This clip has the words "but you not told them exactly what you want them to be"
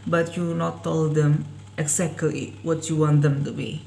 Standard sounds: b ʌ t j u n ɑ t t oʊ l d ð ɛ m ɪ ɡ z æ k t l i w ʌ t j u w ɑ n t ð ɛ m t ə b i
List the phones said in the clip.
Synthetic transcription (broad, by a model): b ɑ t j u n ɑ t t oʊ l d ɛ m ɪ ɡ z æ k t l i w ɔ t j u w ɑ n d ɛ m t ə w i